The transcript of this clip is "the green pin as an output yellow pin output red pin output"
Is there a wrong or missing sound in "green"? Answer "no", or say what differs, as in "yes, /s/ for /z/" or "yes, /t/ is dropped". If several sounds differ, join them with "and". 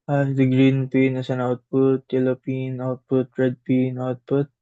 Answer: no